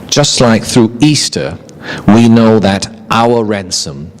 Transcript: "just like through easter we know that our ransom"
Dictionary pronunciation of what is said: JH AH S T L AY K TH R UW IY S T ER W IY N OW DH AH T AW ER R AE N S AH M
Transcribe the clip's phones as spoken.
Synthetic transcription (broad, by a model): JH AH S T L AY K TH R UW IY S T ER W IY N OW DH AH T AW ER R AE N S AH M